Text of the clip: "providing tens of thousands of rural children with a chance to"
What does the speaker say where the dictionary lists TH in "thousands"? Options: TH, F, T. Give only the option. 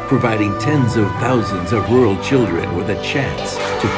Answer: TH